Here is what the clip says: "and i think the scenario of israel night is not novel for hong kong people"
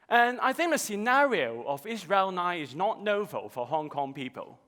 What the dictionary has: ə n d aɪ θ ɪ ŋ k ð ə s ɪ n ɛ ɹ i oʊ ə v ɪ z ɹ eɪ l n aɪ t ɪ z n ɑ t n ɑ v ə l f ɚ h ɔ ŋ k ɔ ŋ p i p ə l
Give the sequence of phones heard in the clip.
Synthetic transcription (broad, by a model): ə n aɪ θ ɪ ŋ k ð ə s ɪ n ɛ ɹ i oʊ ə v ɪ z ɹ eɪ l n aɪ ɪ z n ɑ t n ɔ v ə l f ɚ h ɔ ŋ k ɔ ŋ p i p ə l